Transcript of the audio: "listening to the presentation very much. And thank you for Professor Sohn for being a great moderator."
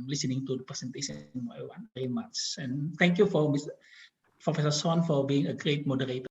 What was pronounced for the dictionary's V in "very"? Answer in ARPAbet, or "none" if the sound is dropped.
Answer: W